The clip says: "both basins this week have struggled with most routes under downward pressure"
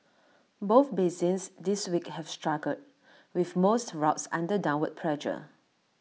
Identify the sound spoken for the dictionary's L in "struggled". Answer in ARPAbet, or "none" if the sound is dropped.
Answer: none